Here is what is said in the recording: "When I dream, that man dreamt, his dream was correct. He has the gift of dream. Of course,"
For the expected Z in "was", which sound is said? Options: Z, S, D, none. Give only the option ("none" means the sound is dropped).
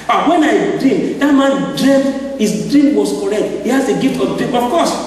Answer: S